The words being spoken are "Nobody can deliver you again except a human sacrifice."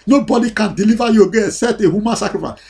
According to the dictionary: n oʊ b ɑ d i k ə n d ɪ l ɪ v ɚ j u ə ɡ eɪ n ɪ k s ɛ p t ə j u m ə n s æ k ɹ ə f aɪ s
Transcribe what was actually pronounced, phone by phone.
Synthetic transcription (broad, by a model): n oʊ b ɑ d i k ə n d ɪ l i v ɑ j u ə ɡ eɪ ɪ s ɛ t ə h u m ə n s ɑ k ɹ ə f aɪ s